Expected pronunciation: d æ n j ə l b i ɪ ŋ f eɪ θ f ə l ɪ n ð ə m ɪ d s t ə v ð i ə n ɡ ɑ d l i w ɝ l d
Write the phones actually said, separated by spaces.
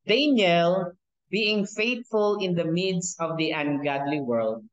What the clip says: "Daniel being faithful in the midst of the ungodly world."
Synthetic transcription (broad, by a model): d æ n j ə l b i ɪ ŋ f eɪ t f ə l ɪ n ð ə m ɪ d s ə v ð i ə n ɡ ɑ d l i w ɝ l d